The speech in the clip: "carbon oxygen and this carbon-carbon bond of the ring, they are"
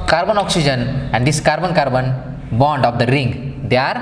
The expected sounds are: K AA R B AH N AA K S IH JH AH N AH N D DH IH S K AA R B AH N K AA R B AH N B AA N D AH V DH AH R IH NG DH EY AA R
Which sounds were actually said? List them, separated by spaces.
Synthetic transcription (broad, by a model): K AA R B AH N AA K S IH JH AH N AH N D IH S K AA R B AH N K AA R B AH N B AA N D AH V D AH R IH NG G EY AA R